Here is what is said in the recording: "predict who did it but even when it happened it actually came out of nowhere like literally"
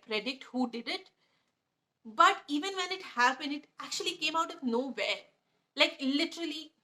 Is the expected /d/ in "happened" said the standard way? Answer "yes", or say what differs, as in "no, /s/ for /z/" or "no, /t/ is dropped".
no, /d/ is dropped